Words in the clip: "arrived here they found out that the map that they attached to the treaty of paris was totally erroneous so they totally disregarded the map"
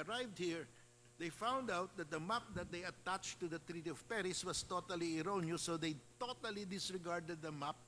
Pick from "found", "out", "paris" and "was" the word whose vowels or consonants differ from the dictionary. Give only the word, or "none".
was